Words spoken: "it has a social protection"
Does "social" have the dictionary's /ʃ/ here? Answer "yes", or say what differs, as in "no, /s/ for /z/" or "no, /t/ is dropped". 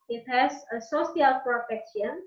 no, /s/ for /ʃ/